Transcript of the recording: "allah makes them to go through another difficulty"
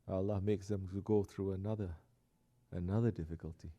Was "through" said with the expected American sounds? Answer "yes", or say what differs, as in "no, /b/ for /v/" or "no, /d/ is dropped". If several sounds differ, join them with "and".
yes